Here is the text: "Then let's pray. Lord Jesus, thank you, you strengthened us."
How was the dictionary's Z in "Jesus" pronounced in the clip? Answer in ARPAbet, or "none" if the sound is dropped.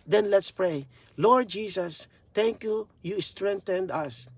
S